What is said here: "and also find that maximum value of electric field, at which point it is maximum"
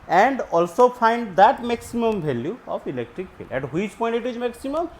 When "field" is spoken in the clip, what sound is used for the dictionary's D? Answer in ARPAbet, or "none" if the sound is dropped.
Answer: none